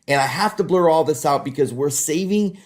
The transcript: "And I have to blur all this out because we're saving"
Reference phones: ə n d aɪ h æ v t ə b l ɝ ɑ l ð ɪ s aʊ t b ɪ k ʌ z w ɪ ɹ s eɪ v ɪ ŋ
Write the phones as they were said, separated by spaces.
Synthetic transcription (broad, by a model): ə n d aɪ h æ f t ə b l ɝ ɑ l ð ɪ s aʊ t b ɪ k ʌ z w ɪ ɹ s eɪ v ɪ ŋ